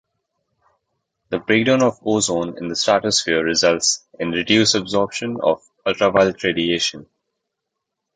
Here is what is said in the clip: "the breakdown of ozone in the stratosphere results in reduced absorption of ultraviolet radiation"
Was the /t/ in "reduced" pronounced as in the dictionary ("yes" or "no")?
no